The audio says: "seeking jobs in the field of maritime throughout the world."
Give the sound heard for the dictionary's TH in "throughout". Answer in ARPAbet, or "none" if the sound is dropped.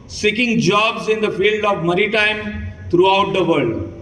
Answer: T